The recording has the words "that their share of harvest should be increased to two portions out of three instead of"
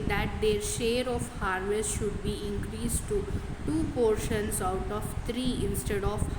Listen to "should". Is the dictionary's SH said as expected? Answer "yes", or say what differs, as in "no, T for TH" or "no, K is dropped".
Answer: yes